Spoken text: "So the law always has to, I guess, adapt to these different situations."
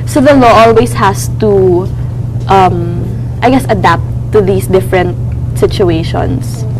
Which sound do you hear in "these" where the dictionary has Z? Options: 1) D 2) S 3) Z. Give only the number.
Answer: 2